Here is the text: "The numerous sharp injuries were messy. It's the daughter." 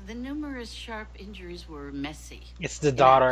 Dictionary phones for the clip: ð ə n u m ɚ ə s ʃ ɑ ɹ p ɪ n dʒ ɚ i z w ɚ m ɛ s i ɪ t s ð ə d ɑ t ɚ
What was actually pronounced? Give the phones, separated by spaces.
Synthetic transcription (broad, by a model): ð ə n u m ɚ ə s ʃ ɑ ɹ p ɪ n dʒ ɚ i z w ɚ m ɛ s i ɪ t s ð ə d ɑ t ɚ